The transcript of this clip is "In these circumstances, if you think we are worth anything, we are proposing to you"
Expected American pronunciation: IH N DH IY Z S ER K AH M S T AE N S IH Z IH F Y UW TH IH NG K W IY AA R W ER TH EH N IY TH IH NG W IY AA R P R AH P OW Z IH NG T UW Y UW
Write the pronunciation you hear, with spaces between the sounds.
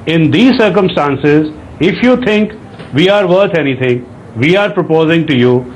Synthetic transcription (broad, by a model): IH N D IY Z S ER K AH M S T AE N S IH Z IH F Y UW T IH NG K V IY AA R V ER T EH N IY T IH NG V IY AA R P R AH P OW Z IH NG T UW Y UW